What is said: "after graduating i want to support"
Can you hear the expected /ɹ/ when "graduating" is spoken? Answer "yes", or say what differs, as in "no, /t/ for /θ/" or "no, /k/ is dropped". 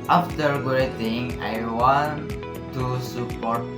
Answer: no, /ɹ/ is dropped